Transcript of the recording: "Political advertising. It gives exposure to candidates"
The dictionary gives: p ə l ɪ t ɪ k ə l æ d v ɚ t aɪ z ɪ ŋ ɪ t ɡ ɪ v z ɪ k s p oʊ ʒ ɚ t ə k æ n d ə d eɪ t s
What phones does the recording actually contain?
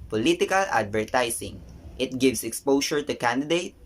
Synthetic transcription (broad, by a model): p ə l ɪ t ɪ k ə l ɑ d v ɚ t aɪ s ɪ ŋ ɪ t ɡ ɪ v s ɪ k s p oʊ ʃ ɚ t ə k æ n d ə d eɪ t